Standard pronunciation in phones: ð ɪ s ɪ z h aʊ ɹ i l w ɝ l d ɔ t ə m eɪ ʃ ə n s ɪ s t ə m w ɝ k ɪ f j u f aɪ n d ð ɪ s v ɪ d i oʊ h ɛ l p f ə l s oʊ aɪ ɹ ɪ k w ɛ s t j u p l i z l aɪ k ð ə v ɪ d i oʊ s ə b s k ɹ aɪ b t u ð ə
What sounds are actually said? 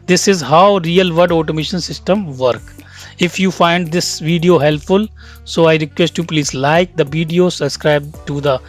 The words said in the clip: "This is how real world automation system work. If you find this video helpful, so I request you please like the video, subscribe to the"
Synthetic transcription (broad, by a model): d ɪ s ɪ z h aʊ ɹ i l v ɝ d ɔ t ə m eɪ ʃ ə n s ɪ s t ə m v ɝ k ɪ f j u f aɪ n d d ɪ s v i d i oʊ h ɛ l p f ə l s oʊ aɪ ɹ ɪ k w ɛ s t j u p l i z l aɪ k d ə v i d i oʊ s ə b s k ɹ aɪ b t u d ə